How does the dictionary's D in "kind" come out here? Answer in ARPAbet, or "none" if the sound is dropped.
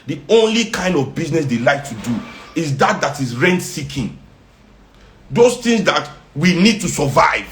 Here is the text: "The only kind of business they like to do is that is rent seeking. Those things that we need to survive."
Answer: D